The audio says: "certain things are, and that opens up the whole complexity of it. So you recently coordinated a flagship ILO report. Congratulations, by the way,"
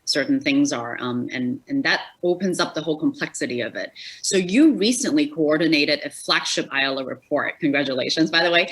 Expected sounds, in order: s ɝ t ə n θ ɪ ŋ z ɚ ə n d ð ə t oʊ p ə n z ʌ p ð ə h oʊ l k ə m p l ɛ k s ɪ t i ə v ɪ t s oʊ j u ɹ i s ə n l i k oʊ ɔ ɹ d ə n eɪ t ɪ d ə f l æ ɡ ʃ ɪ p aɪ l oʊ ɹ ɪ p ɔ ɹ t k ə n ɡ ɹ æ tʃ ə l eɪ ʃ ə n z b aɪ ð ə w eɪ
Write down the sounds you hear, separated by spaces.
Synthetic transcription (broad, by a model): s ɝ t n θ ɪ ŋ z ɚ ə n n ð ə t oʊ p ə n z ʌ p ð ə h oʊ l k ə m p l ɛ k s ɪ t i ə v ɪ t s oʊ j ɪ ɹ i s ə n l i k oʊ ɔ ɹ d n eɪ t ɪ d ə f l æ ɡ ʃ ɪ p aɪ l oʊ ɹ ɪ p ɔ ɹ t k n ɡ ɹ æ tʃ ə l eɪ ʃ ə n z b aɪ ð ə w eɪ